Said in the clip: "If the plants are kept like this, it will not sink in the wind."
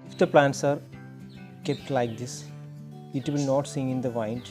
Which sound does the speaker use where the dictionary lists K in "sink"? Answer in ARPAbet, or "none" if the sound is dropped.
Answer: none